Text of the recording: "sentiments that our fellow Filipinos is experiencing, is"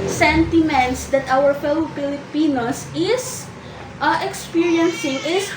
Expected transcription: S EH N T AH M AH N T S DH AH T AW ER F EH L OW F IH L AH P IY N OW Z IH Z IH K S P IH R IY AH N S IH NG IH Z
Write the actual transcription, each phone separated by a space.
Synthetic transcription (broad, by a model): S EH N T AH M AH N T S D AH T AW ER F EH L OW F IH L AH P IY N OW S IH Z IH K S P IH R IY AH N S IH NG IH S